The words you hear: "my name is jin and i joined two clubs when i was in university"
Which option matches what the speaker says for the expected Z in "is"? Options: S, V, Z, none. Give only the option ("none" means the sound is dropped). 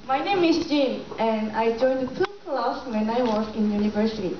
S